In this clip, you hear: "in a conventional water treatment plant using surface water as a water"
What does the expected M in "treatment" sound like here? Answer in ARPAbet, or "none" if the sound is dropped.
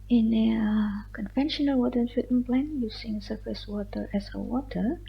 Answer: none